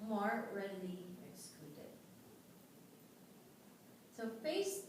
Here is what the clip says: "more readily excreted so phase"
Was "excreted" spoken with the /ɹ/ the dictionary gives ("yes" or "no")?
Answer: no